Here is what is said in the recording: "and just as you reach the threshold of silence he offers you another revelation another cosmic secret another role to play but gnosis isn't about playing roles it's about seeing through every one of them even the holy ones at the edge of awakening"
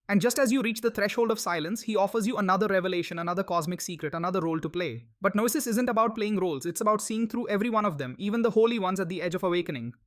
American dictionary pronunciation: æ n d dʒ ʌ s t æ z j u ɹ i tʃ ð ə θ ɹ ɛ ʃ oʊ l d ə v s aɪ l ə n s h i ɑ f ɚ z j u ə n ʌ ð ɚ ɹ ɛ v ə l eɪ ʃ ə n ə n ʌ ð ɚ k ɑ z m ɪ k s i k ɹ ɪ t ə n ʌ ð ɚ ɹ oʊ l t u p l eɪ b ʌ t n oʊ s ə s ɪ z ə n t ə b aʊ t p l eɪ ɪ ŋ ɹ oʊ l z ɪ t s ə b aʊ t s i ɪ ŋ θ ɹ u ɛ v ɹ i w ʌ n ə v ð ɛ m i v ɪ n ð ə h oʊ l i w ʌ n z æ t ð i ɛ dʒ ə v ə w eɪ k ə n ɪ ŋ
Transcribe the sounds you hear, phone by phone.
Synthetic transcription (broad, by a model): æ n d dʒ ʌ s t æ z j u ɹ i tʃ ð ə t ɹ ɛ ʃ oʊ l d ə v s aɪ l ə n s h i ɑ f ɚ z j u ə n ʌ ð ɚ ɹ ɛ v ə l eɪ ʃ ə n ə n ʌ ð ɚ k ɑ z m ɪ k s i k ɹ ɪ t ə n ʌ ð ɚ ɹ oʊ l t u p l eɪ b ʌ t n oʊ s ə s ɪ z ə n t ə b aʊ t p l eɪ ɪ ŋ ɹ oʊ l z ɪ t s ə b aʊ t s i ɪ ŋ t ɹ u ɛ v ɹ i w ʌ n ə v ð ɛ m i v ɪ n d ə h oʊ l i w ʌ n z æ t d i ɛ dʒ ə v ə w eɪ k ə n ɪ ŋ